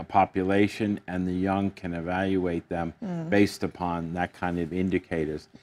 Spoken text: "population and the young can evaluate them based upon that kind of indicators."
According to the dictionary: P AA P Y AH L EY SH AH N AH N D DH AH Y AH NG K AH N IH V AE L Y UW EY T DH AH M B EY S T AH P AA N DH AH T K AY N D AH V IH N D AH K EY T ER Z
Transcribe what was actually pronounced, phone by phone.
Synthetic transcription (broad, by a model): P AA P Y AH L EY SH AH N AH N DH AH Y AH NG K AH N IH V AE L Y UW EY T DH AH M B EY S T AH P AA N DH AH T K AY N D AH V IH N D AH K EY T ER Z